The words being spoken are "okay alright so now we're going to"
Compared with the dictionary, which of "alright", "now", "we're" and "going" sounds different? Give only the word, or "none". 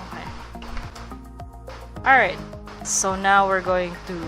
none